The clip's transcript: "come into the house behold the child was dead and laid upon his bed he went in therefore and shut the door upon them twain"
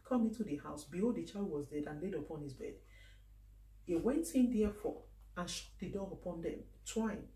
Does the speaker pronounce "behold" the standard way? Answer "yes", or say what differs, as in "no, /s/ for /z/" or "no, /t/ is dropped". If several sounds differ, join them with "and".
no, /l/ is dropped